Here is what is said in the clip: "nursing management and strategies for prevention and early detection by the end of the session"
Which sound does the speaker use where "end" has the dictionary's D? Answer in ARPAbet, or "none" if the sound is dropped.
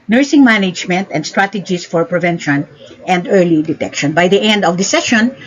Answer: D